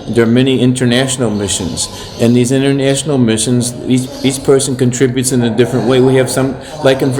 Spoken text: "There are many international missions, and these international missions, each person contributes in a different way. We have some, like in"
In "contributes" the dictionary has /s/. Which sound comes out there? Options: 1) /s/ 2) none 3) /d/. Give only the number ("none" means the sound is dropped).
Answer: 1